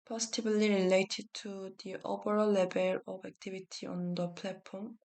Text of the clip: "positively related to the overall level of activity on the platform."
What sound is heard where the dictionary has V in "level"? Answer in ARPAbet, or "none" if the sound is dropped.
B